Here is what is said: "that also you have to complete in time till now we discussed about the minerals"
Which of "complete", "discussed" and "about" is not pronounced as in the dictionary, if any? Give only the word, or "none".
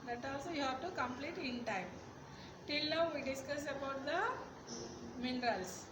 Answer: discussed